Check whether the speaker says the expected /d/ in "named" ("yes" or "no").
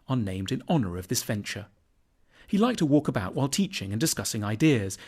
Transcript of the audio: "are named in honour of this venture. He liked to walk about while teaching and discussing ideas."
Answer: yes